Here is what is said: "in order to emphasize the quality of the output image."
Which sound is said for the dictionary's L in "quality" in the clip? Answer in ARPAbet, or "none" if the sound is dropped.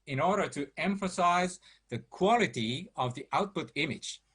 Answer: L